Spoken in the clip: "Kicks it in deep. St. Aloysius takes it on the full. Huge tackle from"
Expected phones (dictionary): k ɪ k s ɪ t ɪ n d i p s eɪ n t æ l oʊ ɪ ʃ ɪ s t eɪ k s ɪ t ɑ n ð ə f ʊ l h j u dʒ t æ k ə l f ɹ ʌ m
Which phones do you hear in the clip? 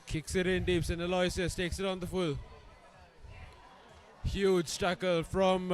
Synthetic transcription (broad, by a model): k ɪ k s ɪ t ɪ n d i p s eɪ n ʌ l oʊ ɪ s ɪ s t eɪ k s ɪ t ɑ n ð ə f ʊ l h j u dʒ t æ k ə l f ɹ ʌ m